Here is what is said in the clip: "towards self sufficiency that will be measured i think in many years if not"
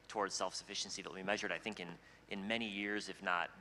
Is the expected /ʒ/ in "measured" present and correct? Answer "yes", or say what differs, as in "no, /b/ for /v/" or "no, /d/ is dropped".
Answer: yes